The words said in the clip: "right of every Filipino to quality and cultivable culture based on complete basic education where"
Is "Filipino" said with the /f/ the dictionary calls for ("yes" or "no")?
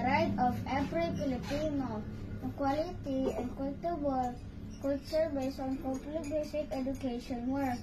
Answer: no